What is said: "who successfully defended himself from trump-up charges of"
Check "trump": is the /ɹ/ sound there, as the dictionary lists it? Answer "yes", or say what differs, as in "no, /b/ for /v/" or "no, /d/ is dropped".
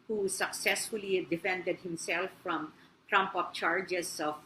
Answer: yes